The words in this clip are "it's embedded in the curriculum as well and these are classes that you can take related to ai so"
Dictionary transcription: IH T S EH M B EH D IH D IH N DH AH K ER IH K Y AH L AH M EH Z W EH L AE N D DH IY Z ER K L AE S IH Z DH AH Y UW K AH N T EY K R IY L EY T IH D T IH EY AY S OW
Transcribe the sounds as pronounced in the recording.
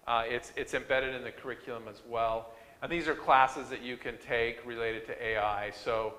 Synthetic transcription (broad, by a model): IH T S EH M B EH D IH D IH N DH AH K ER IH K Y L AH M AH Z W EH L N DH IY Z ER K L AE S IH Z DH AH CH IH K AH N T EY K R IY L EY T IH D T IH EY AY S OW